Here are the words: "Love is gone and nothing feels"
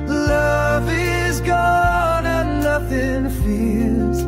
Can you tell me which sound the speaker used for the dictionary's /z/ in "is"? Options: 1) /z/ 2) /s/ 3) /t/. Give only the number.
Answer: 1